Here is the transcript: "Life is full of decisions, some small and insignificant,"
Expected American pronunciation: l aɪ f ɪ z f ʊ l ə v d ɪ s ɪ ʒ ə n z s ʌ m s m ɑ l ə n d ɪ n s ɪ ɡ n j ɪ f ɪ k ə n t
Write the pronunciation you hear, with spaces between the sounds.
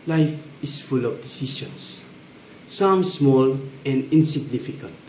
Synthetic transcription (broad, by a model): l aɪ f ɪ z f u l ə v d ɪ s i ʃ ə n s s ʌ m s m ɑ l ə n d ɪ n s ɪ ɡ n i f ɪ k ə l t